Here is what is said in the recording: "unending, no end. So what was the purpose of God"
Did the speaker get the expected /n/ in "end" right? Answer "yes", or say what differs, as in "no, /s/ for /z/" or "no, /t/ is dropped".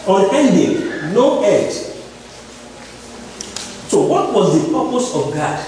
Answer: no, /n/ is dropped